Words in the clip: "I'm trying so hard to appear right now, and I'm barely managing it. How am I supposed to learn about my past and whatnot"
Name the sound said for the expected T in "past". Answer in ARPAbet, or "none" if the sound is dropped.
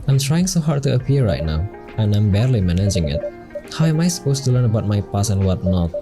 none